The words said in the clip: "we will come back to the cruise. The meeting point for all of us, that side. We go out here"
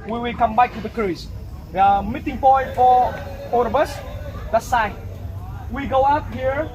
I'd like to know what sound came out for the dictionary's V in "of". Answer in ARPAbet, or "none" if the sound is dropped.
B